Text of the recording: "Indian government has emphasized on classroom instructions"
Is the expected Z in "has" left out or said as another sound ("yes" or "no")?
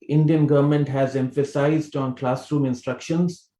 no